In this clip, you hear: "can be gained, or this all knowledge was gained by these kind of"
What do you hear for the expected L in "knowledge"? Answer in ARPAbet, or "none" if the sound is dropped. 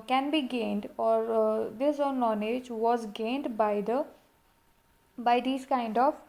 N